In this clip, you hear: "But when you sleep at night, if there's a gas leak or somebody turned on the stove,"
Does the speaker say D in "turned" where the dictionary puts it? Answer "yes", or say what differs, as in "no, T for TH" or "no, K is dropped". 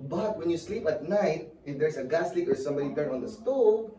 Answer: no, D is dropped